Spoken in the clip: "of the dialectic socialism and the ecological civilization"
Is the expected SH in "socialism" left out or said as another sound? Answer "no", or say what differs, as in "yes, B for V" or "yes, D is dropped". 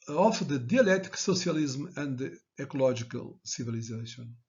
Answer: yes, S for SH